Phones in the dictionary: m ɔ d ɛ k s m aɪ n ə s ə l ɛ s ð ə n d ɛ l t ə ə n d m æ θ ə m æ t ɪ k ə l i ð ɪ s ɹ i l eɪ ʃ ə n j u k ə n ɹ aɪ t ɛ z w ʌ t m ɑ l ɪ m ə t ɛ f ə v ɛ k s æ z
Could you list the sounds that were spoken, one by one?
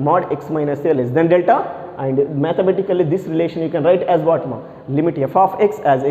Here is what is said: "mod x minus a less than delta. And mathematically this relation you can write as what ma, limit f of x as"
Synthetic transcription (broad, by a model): m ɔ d ɛ k s m aɪ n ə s ə l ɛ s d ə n d ɛ l t ə ə n d m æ t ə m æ t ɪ k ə l i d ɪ s ɹ i l eɪ ʃ ə n j u k ə n ɹ aɪ t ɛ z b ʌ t m ɑ l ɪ m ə t ɛ f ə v ɛ k s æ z